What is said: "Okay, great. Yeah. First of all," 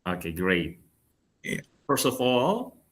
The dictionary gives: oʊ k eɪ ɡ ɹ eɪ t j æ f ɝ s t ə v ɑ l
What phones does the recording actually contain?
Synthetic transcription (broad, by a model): oʊ k eɪ ɡ ɹ eɪ t j æ f ɝ s t ə v ɑ l